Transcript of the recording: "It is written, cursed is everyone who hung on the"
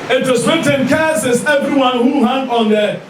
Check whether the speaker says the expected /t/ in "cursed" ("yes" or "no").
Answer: no